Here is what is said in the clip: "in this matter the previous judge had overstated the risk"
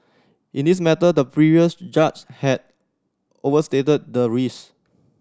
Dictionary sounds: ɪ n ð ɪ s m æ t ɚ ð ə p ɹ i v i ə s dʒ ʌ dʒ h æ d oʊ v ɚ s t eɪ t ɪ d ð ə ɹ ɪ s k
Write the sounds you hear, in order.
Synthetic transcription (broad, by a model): ɪ n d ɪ s m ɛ t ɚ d ə p ɹ i v i ə s dʒ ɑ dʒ h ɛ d oʊ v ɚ s t eɪ t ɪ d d ə ɹ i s